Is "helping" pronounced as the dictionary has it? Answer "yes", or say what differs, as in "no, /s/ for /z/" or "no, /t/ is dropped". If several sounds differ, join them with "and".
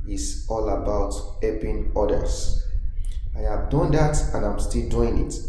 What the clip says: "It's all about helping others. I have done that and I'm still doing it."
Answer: no, /l/ is dropped